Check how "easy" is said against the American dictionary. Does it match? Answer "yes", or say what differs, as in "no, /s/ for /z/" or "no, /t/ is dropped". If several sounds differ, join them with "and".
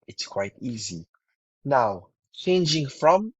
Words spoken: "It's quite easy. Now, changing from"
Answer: yes